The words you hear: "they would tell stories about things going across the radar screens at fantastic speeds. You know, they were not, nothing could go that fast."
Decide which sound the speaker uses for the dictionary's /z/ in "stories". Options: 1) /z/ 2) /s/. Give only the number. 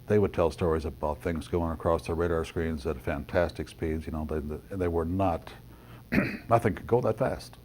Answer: 1